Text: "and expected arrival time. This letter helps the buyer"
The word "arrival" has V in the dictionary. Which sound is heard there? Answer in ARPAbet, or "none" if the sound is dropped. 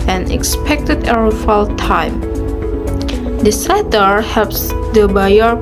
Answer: F